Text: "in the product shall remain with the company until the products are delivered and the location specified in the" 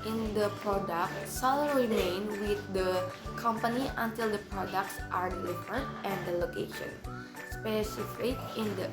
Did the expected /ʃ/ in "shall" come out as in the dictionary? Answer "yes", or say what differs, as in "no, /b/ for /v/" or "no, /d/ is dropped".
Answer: no, /s/ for /ʃ/